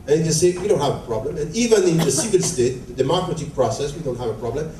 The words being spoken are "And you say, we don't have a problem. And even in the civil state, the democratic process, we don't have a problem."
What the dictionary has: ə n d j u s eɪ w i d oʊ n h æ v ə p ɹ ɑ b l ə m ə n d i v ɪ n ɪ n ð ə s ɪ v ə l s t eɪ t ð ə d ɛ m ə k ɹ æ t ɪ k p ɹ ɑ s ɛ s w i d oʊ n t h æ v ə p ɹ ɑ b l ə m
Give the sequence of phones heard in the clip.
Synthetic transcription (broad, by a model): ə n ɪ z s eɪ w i d oʊ n h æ v ə p ɹ ɑ b l ə m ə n i v ɪ n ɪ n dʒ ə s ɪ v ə n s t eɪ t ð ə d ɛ m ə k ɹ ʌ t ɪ p ɹ ɑ s ɛ s w i d oʊ n t h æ v ə p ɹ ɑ b l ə m